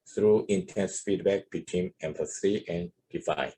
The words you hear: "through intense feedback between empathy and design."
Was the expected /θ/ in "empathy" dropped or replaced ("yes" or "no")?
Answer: yes